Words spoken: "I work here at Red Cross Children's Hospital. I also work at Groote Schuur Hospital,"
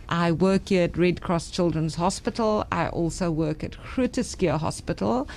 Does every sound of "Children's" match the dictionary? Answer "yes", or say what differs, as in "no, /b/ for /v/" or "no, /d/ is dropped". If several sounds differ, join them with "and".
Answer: yes